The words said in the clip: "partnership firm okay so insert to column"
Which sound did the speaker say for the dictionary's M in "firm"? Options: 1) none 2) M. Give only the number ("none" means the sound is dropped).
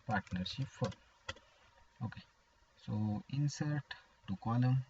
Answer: 1